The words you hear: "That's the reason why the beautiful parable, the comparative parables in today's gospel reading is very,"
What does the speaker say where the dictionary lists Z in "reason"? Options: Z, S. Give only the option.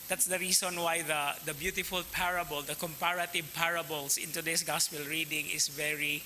S